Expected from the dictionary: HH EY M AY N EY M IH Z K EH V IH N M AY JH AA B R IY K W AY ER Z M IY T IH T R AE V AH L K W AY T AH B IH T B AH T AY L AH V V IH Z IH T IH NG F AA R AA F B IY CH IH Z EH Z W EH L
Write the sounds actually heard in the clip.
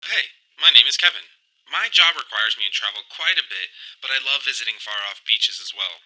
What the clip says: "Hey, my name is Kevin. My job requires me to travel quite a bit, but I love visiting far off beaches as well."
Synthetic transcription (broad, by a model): HH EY M AY N EY M IH Z K EH V IH N M AY JH AA B R IY K W AY ER Z M IY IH T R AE V L K W AY T AH B IH T B AH T AY L AH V V IH Z IH T IH NG F AA R AA F B IY CH IH Z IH Z W EH L